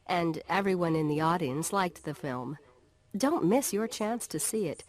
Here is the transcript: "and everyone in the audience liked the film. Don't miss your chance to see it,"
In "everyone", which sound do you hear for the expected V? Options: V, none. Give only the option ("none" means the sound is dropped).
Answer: V